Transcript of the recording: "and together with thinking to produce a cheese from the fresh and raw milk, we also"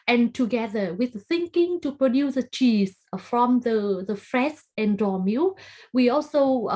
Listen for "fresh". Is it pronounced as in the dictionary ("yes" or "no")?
no